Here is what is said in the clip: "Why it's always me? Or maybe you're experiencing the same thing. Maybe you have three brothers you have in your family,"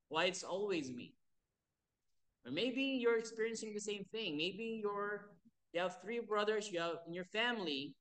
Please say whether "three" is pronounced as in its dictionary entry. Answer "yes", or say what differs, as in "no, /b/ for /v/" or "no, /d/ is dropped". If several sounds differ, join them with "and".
yes